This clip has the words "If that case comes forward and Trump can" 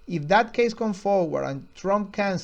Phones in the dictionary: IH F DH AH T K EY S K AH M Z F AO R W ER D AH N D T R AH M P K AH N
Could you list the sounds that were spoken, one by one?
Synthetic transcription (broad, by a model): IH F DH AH T K EY S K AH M F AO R W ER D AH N T R AH M P K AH N